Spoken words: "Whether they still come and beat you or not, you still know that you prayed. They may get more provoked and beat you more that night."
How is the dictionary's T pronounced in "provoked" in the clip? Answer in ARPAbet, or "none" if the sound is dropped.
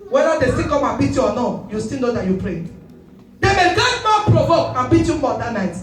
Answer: none